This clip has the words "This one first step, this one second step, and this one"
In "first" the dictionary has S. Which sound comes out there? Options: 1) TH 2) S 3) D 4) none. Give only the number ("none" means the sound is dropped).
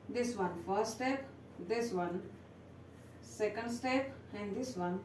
4